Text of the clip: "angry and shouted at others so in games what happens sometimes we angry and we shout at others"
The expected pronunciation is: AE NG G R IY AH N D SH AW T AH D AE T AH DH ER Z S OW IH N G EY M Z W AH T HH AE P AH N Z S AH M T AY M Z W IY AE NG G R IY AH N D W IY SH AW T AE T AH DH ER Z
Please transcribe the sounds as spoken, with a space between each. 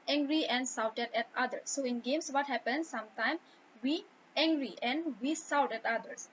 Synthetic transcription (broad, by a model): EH NG G R IY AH N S AW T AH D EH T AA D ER S OW IH N G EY M S W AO T HH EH P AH N S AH M T AY M W IY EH NG G R IY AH N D W IY S AW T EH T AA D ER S